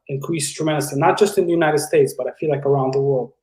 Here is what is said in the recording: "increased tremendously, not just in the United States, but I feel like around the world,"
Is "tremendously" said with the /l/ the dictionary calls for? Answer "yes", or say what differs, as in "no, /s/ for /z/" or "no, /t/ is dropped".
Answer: no, /l/ is dropped